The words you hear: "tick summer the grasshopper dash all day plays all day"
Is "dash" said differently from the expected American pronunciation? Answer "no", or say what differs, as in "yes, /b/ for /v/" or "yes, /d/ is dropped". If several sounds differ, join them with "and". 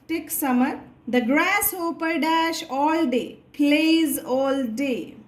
no